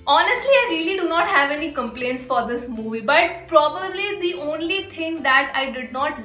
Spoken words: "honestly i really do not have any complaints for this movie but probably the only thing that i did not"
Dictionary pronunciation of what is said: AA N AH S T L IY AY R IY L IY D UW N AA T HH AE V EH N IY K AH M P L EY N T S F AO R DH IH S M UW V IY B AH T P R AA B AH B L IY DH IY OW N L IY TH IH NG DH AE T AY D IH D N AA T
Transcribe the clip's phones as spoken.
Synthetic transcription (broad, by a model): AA N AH S T L IY AY R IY L IY D UW N AA T HH AE V EH N IY K AH M P L EY N T S F AO R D IH S M UW V IY B AH T P R AA B AH B L IY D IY OW N L IY T IH NG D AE T AY D IH D N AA T